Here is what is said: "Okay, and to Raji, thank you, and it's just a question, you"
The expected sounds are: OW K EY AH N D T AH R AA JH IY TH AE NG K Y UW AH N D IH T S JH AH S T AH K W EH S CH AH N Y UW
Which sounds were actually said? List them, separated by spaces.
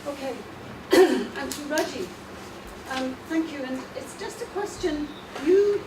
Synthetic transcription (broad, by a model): OW K EY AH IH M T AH R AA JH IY TH AE NG K Y UW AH N IH T S JH AH S T AH K W EH S CH AH N Y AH